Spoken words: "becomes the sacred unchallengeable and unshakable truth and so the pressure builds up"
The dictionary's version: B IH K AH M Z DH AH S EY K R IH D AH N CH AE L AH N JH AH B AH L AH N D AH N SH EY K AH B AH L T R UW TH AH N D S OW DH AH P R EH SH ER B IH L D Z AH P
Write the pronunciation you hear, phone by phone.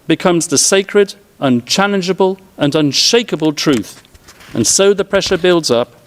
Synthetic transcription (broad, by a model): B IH K AH M Z DH AH S EY K R IH D AH N CH AE L AH N JH AH B AH L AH N AH N SH EY K AH B AH L T R UW TH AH N S OW DH AH P R EH SH ER B IH L D Z AH P